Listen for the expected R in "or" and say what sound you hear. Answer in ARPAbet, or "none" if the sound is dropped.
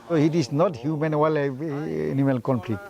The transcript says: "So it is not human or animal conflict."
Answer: L